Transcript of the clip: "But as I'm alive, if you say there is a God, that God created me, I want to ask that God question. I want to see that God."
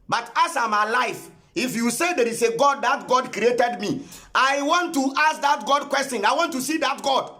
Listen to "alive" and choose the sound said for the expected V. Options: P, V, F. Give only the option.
F